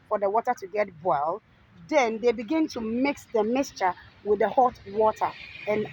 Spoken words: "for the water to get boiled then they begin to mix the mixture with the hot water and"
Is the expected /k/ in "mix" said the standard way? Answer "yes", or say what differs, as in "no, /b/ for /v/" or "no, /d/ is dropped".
yes